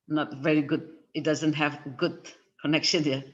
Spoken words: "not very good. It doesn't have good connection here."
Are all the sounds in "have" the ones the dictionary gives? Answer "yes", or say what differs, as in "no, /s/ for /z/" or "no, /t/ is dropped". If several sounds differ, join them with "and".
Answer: yes